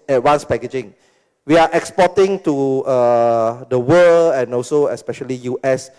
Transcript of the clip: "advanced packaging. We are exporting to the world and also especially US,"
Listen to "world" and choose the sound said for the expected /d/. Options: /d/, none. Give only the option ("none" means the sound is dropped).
none